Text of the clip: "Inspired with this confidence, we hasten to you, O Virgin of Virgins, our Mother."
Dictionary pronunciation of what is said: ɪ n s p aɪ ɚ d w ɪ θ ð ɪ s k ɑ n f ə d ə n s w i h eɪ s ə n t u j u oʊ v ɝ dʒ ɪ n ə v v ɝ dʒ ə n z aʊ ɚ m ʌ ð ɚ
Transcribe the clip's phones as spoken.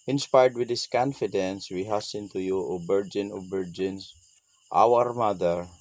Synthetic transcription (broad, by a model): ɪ n s p aɪ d d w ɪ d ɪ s k ɑ n f ə d ə n s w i h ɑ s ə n t u j u oʊ b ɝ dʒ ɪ n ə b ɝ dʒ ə n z aʊ ɚ m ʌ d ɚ